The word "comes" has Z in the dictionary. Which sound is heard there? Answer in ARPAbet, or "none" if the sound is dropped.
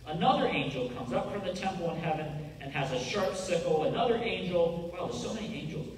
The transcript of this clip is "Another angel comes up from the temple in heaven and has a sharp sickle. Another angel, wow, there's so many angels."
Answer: Z